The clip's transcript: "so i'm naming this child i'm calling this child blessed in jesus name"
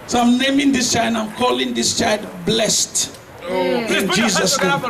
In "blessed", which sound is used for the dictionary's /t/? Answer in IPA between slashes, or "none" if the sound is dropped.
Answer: /t/